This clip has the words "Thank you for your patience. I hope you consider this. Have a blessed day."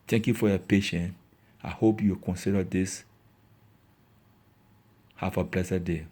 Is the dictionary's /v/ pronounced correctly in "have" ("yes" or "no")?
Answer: no